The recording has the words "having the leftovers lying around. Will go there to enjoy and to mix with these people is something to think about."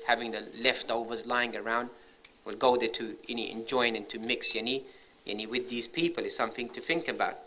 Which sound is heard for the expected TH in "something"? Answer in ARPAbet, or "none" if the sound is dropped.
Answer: TH